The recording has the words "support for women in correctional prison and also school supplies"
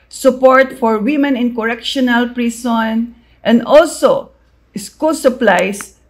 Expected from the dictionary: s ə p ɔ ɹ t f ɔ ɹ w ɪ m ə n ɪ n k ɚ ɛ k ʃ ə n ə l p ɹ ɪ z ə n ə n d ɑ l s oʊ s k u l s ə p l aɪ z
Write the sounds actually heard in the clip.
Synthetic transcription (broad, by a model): s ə p ɔ ɹ t f ɔ ɹ w ɪ m ə n ɪ n k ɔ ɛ k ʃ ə n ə l p ɹ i s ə n ə n d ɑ l s oʊ s k u l s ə p l aɪ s